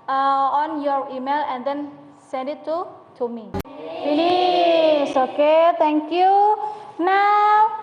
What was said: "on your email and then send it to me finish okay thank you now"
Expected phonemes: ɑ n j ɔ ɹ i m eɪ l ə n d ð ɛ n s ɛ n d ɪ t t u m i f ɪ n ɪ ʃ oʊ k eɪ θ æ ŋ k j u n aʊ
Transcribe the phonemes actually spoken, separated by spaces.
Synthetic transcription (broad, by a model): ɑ n j ɔ ɹ i m eɪ l ə n d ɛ n s ɛ n d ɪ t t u m i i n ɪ s oʊ k eɪ t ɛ ŋ k j u n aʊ